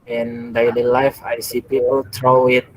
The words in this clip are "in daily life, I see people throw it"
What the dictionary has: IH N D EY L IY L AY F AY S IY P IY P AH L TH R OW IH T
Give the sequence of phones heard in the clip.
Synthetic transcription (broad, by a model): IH N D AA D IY L AY F AY S IY P IY P AH L T R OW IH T